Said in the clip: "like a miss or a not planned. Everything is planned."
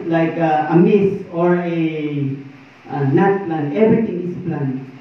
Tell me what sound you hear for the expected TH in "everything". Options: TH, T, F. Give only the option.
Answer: T